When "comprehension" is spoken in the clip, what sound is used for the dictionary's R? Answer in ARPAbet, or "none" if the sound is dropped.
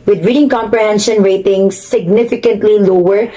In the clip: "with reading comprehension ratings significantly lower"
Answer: R